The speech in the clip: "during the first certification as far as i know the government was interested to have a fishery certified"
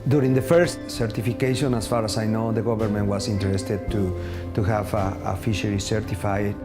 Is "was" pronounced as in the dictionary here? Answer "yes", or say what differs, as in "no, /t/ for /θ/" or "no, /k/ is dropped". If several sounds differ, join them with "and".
no, /s/ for /z/